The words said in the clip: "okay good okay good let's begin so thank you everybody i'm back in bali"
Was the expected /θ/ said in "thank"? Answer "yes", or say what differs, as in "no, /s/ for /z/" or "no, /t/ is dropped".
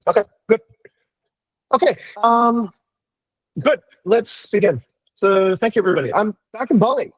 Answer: yes